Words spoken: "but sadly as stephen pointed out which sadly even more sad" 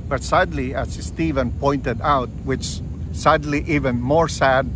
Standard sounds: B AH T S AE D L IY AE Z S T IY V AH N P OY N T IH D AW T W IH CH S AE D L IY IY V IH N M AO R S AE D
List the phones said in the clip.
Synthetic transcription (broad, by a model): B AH T S AE D L IY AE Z S T IY V AH N P OY N T IH D AW T W IH CH S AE D L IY IY V IH N M AO R S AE D